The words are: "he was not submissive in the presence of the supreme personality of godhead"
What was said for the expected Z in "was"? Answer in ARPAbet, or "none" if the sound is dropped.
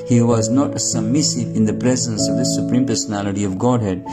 Z